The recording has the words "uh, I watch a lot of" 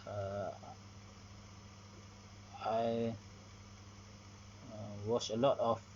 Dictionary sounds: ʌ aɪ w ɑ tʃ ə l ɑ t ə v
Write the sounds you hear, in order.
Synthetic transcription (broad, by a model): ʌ aɪ w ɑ s ə l ɑ t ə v